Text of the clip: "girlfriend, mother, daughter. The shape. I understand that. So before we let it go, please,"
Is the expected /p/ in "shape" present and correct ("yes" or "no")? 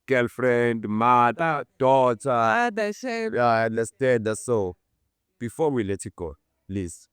no